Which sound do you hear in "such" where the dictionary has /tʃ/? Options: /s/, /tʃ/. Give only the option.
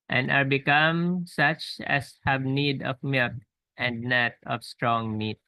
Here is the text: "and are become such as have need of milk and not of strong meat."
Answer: /tʃ/